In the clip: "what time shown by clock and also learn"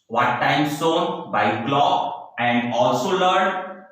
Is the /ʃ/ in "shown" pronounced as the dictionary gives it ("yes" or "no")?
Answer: no